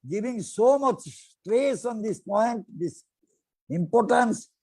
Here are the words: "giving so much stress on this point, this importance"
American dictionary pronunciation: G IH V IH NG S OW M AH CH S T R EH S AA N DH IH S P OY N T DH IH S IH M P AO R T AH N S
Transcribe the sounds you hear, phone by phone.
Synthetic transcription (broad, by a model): G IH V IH NG S OW M AH CH S T R EH S AA N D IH S P OY N T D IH S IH M P AO R T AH N S